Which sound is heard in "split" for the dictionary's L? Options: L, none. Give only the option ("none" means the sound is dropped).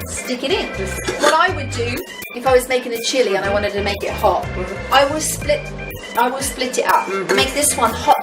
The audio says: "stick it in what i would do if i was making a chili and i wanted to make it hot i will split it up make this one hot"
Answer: L